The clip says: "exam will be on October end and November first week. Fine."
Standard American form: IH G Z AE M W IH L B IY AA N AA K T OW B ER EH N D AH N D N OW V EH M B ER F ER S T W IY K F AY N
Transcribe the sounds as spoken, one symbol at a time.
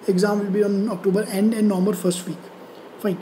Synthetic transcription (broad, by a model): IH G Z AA M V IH L B IY AA N AA K T OW B ER EH N D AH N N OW M ER F ER S T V IY K F AY N